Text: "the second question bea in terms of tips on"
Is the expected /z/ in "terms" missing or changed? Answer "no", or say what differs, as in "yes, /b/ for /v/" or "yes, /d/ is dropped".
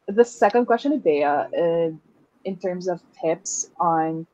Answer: no